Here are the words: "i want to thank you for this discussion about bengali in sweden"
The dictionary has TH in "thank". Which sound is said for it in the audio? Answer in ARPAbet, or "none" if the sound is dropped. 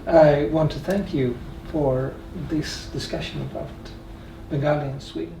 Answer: TH